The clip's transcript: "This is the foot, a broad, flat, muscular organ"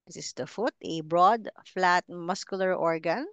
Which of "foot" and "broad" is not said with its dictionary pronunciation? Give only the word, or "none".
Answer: none